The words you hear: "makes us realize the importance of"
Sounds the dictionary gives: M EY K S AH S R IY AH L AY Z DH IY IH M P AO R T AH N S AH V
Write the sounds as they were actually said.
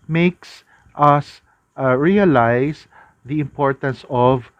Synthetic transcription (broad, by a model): M EY K S AH S R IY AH L AY S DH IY IH M P AO R T AH N S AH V